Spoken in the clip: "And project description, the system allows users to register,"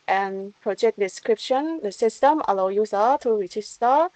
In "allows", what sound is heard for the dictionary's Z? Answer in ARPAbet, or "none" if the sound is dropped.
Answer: none